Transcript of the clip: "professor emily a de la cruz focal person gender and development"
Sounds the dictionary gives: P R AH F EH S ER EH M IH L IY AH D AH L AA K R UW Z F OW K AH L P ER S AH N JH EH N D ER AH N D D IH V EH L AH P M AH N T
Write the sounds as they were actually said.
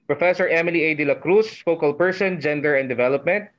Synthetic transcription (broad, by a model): P R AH F EH S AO EH M IH L IY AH D AH L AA K R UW S F OW K AH L P ER S AH N JH EH N D ER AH N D D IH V EH L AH P M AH N T